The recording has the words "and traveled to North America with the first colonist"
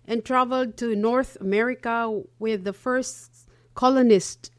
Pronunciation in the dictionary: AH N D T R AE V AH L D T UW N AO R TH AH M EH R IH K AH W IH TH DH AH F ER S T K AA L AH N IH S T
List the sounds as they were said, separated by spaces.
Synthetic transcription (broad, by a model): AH N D T R AE V AH L D T UW N AO R TH AH M EH R IH K AH W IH DH AH F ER S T K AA L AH N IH S T